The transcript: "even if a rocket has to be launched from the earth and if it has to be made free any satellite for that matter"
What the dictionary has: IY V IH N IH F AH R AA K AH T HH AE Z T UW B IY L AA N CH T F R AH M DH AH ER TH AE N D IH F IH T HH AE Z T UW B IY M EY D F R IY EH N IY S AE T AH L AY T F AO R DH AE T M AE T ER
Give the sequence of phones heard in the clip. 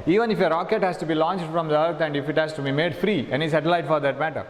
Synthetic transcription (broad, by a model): IY V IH N IH F AH R AA K AH T HH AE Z T UW B IY L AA N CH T F R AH M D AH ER T AE N D IH F IH T HH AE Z T UW B IY M EY D F R IY EH N IY S AE T AH L AY T F AO R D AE T M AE T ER